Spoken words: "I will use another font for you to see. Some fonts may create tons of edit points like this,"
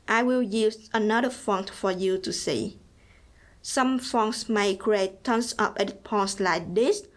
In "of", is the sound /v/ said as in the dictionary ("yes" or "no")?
no